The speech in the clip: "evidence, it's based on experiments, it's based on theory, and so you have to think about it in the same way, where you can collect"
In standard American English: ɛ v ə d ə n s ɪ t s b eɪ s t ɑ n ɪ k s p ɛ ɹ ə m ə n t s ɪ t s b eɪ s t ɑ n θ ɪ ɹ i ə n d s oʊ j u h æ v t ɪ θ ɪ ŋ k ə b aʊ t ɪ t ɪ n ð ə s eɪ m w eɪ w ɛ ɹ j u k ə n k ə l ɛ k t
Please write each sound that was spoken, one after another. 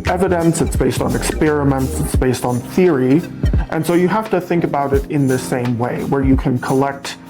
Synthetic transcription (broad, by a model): ɛ v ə d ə n s ɪ t s b eɪ s t n ɪ k s p ɛ ɹ ə m ə n t s ɪ t s b eɪ s t n θ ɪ ɹ i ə n s oʊ j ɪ h æ f t ɪ θ ɪ ŋ k ə b aʊ t ɪ t ɪ n ð ə s eɪ m w eɪ w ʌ ɹ j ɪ k ə n k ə l ɛ k t